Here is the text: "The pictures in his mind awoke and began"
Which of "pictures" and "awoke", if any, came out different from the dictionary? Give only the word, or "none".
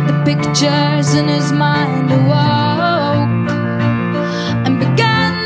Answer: none